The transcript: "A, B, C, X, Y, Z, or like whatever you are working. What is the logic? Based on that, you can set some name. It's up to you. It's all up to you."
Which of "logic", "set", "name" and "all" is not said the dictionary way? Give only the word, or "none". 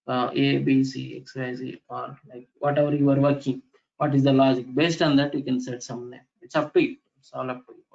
name